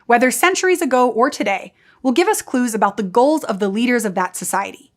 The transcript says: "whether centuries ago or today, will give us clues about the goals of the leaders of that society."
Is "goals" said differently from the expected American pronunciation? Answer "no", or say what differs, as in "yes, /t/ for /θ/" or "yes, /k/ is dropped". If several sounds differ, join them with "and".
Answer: no